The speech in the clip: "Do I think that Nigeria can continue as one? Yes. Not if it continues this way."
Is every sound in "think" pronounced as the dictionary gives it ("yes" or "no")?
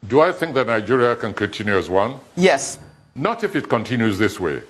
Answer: yes